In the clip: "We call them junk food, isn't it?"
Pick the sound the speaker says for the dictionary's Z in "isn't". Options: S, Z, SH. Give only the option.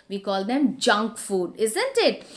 Z